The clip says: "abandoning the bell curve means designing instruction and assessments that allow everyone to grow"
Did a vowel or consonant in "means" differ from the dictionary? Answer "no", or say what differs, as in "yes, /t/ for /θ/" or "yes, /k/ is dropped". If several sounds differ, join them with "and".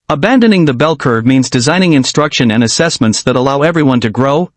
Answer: no